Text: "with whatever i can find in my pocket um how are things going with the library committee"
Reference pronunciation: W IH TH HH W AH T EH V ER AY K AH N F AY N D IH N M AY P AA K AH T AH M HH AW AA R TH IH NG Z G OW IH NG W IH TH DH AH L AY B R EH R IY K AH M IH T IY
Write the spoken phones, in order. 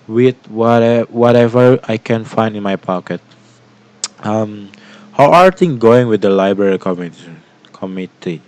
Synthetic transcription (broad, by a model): W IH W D W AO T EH V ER AY K AH N F AY N D IH N M AY P AA K AH T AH M HH AW AA R T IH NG G OW IH NG W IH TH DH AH L AY B R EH R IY K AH M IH T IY